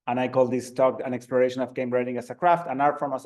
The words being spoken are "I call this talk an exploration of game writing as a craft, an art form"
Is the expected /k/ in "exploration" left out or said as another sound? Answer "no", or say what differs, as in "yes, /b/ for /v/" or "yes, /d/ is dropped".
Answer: no